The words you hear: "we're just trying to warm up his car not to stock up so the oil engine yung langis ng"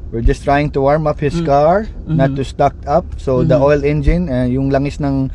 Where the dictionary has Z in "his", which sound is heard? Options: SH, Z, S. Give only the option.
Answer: S